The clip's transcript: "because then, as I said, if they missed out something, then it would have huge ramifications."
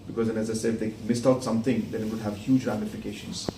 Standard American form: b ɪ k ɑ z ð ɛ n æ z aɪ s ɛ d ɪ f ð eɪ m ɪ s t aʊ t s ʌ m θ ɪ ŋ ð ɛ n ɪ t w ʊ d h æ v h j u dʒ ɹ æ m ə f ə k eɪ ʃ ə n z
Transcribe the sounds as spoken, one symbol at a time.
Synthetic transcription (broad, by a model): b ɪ k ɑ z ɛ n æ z aɪ s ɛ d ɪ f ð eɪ m ɪ s t aʊ t s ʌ m t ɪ ŋ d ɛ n ɪ t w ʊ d h æ v h j u dʒ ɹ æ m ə f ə k eɪ ʃ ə n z